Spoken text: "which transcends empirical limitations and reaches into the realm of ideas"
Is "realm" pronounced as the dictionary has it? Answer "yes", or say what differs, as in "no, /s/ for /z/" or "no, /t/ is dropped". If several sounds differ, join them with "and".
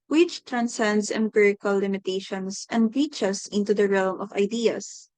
yes